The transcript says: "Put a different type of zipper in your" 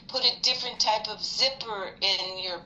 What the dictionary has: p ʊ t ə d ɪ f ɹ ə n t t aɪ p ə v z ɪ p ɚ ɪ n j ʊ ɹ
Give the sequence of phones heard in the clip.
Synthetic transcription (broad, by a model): p ʊ t ə d ɪ f ɹ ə n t t aɪ p ə v z ɪ p ɚ ɪ n j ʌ ɹ